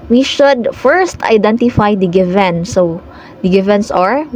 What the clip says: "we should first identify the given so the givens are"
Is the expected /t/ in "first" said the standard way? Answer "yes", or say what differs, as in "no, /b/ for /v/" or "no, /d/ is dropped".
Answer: yes